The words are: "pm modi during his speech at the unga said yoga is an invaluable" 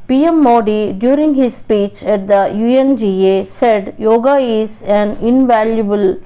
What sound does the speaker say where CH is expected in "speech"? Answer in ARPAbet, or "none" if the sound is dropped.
CH